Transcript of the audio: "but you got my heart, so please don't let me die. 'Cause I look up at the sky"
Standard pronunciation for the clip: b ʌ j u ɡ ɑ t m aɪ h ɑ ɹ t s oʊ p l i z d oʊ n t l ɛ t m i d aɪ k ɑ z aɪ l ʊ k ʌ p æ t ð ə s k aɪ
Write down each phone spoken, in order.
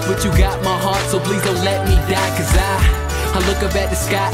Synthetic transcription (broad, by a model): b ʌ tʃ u ɡ ɑ t m aɪ h ɑ ɹ t s oʊ p l i z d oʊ n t l ɛ t m i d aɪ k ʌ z aɪ l ʊ k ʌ b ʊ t ð ə s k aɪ